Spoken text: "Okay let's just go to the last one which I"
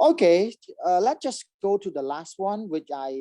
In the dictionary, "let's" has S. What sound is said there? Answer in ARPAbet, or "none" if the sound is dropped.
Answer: none